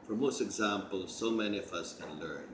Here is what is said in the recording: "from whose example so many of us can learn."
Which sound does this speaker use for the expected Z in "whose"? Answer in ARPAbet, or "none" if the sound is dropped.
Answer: S